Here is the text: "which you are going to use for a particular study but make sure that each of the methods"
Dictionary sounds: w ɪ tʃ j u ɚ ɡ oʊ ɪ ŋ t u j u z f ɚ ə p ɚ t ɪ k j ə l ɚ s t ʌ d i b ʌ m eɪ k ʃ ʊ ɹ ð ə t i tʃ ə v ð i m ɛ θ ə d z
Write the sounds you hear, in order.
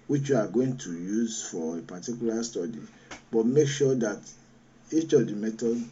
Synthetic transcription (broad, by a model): w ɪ tʃ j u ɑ ɡ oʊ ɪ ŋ t u j u z f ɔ ə p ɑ t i k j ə l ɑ s t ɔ d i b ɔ m eɪ k ʃ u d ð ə t i tʃ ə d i m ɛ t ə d